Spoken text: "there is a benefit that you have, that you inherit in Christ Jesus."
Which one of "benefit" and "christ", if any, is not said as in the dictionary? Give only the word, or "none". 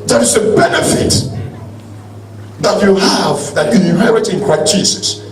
christ